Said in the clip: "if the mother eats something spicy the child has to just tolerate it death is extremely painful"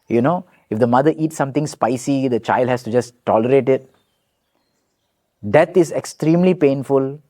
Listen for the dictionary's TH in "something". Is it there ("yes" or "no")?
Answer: no